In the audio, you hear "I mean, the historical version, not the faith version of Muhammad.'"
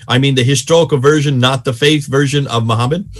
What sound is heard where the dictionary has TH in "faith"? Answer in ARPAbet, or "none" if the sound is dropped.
TH